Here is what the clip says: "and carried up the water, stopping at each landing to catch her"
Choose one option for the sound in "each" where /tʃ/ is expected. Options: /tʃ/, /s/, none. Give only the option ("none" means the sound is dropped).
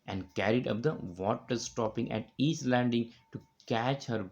/s/